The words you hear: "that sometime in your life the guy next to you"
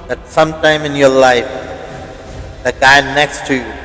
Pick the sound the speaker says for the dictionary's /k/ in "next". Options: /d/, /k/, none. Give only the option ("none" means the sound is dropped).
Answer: /k/